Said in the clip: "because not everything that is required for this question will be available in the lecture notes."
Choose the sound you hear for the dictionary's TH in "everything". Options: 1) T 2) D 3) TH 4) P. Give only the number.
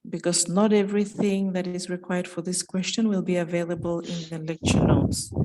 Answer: 3